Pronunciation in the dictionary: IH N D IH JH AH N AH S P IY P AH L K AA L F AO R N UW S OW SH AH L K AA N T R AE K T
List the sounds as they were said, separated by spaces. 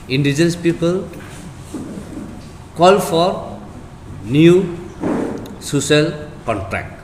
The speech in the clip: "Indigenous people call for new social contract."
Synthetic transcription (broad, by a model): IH N D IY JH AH N S P IY P AH L K AA L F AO R N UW S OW S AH L K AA N T R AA K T